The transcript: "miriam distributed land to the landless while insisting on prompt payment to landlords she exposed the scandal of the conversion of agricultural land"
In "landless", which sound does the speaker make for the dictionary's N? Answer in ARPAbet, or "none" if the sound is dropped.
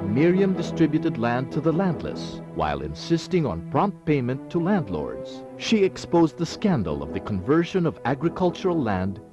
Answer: N